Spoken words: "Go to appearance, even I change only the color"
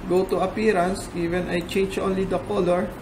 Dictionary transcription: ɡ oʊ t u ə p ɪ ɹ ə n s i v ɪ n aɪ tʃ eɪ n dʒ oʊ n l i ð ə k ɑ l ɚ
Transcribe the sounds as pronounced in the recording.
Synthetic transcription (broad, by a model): ɡ oʊ t u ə p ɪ ɹ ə n s i v ɪ n aɪ tʃ eɪ n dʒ oʊ n l i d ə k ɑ l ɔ